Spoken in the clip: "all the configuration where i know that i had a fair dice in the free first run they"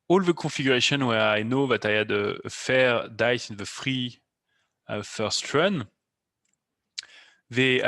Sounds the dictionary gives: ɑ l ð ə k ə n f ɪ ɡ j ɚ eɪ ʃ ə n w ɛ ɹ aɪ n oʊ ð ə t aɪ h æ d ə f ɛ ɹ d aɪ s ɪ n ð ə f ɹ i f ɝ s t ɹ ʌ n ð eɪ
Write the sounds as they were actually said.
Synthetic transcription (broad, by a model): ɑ l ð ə k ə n f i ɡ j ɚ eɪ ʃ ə n w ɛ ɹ aɪ n oʊ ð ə t aɪ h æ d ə f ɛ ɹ d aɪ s ɪ n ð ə f ɹ i f ɝ s t ɹ ʌ n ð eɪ